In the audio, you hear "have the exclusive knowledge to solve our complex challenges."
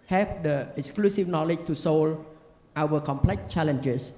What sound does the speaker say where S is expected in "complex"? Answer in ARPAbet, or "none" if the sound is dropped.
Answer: none